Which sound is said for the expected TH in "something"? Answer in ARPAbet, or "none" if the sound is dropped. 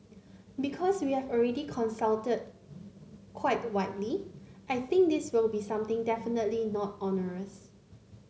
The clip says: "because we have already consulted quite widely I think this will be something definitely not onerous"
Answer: T